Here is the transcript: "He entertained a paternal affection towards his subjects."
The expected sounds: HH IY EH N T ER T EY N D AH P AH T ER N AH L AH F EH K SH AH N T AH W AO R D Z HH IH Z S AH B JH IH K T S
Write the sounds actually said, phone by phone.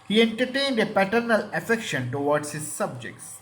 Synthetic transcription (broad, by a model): HH IY EH N T ER T EY N D AH P AH T ER N AH L AH F EH K SH AH N T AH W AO R D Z HH IH Z S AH B JH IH K T S